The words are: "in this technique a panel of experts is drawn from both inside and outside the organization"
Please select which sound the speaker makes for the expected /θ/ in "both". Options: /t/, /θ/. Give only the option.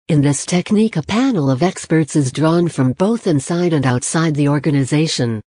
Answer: /θ/